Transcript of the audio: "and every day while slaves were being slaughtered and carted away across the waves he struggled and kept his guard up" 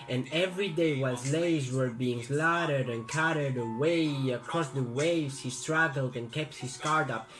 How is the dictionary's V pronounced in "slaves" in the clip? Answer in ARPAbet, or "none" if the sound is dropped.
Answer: none